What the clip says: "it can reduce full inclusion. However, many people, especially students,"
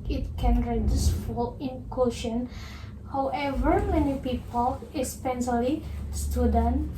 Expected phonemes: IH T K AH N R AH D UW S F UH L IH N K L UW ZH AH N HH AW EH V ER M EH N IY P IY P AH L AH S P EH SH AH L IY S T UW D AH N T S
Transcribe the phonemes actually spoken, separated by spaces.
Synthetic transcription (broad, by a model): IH T K AH N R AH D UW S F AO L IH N K UW SH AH N HH AW EH V ER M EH N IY P IY P AH L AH S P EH S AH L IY S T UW D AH N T